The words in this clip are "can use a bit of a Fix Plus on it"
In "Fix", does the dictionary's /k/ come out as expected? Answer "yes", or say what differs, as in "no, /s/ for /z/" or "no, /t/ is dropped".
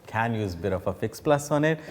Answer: yes